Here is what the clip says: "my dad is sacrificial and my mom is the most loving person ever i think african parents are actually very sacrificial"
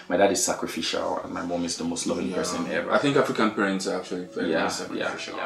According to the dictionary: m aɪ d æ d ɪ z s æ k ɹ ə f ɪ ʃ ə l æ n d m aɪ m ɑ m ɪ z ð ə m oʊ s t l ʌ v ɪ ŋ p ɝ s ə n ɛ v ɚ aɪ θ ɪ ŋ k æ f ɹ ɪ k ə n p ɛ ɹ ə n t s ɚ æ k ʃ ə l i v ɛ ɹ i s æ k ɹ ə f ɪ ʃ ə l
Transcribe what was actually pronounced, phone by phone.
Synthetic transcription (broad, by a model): m aɪ d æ d ɪ z s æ k ɹ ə f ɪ ʃ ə l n m aɪ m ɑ m ɪ z ð ə m oʊ s t l ʌ v ɪ ŋ p ɝ s ə n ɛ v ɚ aɪ θ ɪ ŋ k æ f ɹ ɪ k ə n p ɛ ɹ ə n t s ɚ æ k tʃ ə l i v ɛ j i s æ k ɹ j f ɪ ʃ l